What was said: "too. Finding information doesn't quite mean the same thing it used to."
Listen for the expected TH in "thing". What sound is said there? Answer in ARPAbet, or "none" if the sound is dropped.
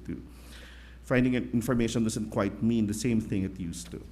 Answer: TH